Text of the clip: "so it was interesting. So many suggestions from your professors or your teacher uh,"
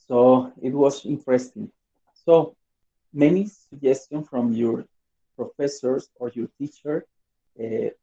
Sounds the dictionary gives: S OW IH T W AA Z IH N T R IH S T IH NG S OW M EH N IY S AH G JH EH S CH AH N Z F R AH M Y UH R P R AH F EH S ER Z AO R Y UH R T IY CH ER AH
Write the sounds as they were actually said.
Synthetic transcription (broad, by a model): S OW IH T W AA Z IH N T R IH S T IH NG S OW M EH N IY S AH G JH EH S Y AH N S F R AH M Y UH R P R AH F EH S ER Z AO R Y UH R T IY CH ER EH